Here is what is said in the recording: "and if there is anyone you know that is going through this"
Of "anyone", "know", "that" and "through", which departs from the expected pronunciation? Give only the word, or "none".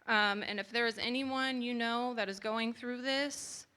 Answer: none